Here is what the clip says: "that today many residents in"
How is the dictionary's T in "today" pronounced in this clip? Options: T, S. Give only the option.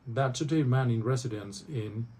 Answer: S